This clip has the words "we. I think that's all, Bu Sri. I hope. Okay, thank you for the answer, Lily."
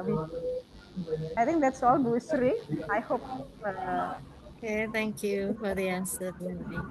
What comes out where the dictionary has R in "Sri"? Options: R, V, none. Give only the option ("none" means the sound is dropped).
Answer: R